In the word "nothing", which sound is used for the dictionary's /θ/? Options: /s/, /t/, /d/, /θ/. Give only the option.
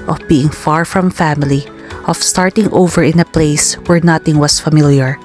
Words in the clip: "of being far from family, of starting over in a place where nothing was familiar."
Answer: /t/